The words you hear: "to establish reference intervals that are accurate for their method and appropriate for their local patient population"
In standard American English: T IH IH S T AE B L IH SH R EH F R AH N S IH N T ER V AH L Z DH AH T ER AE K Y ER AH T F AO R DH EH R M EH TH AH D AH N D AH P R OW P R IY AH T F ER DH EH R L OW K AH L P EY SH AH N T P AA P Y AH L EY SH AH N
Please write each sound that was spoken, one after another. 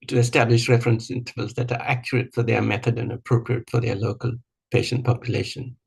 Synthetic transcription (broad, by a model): T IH IH S T AE B L IH SH R EH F R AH N S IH N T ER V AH L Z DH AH T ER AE K Y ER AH T F AO R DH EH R M EH TH AH D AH N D AH P R OW P R IY AH T F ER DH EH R L OW K AH L P EY SH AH N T P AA P Y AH L EY SH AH N